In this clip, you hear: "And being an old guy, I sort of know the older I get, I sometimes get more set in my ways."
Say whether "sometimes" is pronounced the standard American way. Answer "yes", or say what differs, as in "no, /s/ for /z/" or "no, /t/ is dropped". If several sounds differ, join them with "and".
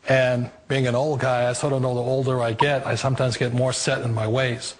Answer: yes